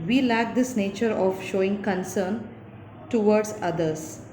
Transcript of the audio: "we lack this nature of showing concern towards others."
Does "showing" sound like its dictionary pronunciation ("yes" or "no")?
yes